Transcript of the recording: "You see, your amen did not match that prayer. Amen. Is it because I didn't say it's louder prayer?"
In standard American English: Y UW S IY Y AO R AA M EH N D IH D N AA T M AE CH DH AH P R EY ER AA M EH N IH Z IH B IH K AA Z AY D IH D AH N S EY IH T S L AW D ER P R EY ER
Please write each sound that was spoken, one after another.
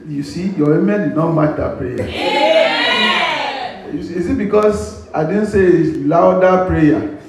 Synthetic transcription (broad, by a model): Y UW S IY Y AO W AA M EH N D IH D N AA T M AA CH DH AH P R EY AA UW IH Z IH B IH K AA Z AY D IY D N S EY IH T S L AW D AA P R EY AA